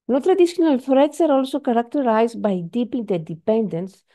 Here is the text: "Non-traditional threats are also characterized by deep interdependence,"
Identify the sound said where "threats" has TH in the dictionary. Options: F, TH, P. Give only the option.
F